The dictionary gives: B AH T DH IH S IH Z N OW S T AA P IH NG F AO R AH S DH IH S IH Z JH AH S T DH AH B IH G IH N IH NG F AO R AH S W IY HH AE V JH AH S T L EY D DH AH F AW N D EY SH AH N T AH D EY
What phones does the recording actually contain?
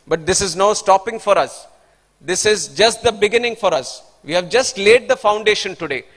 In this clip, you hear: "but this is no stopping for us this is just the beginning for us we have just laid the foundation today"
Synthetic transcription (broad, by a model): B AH T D IH S IH Z N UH S T AA P IH NG F AO R AH S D IH S IH Z JH AH S T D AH B IH G IH N IH NG F AO R AH S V IY HH AE V JH AH S T L EY D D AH F AW N D EY SH AH N T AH D EY